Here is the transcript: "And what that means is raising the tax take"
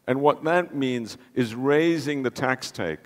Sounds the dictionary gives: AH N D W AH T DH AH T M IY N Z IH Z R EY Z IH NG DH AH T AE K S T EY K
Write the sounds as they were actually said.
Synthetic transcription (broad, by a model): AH N W AH T DH AH T M IY N Z IH Z R EY Z IH NG DH AH T AE K S T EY K